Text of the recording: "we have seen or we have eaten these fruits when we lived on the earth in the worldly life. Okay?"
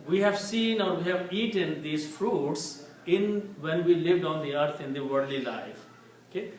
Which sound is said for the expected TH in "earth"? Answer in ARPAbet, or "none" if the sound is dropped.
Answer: T